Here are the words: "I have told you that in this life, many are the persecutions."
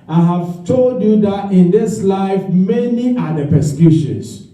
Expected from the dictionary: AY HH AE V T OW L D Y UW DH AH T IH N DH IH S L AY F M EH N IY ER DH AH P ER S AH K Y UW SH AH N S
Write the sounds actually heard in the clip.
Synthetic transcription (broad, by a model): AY HH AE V T OW L D Y UW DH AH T IH N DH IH S L AY F M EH N IY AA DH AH P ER S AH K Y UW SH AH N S